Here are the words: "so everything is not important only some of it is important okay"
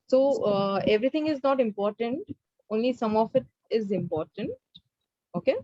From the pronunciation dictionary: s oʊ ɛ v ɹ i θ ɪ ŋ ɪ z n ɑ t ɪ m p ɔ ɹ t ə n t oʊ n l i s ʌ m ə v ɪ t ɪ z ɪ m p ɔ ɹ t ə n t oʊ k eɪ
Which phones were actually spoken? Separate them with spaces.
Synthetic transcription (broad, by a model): s oʊ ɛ v ɹ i t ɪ ŋ ɪ z n ɑ t ɪ m p ɔ ɹ t ə n t oʊ n l i s ʌ m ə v ɪ t ɪ z ɪ m p ɔ ɹ t ə n t oʊ k eɪ